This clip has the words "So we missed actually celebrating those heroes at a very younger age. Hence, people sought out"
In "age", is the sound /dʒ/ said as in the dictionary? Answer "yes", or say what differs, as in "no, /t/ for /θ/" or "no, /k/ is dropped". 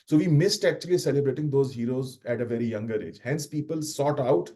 yes